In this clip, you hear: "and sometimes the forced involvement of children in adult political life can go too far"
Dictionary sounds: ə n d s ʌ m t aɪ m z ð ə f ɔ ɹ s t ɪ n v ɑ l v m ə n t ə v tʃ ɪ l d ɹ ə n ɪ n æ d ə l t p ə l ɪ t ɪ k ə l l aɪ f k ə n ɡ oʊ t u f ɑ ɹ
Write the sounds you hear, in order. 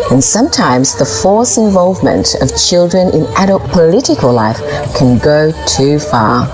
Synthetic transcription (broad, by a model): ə n s ʌ m t aɪ m z ð ə f ɔ ɹ s ɪ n v ɑ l v m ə n t ə v tʃ ɪ l d ɹ ə n ɪ n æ d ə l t p ə l ɪ t ɪ k ə l l aɪ f k ə n ɡ oʊ t u f ɑ ɹ